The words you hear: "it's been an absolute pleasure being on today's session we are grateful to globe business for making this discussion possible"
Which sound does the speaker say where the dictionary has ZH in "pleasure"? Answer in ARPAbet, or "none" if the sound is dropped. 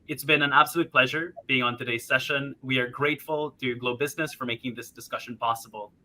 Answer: ZH